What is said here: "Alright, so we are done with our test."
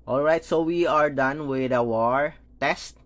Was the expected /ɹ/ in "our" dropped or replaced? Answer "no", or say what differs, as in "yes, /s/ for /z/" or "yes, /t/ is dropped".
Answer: no